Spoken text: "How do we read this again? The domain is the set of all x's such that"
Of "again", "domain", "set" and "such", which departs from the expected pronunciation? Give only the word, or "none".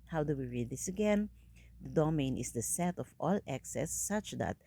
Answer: none